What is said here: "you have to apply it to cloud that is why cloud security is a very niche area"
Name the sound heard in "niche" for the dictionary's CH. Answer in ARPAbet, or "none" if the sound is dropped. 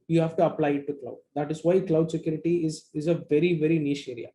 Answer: SH